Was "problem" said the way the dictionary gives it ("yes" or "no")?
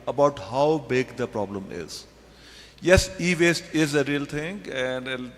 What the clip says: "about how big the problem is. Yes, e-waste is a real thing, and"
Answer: yes